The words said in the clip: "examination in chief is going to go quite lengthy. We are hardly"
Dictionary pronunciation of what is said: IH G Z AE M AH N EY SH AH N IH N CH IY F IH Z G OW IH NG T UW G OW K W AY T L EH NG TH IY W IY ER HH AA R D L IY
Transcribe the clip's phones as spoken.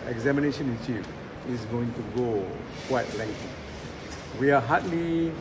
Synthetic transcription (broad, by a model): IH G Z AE M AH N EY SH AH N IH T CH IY IH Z G OW IH NG T UW G OW K W AY T L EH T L IY W IY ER HH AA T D L IY